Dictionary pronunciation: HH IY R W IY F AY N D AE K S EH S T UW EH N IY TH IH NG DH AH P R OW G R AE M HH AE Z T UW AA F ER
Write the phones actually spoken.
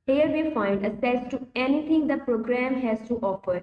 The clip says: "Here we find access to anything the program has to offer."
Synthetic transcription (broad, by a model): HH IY R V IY F AY N D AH S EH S T UW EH N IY T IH NG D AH P R OW G R AE M HH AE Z T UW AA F ER